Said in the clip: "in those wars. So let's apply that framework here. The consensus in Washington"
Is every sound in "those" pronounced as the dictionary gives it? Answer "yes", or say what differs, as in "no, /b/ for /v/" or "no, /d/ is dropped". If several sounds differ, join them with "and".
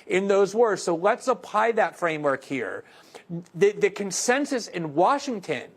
yes